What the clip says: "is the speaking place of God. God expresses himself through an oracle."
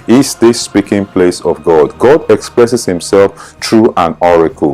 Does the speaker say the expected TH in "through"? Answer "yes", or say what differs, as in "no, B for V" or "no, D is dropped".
no, T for TH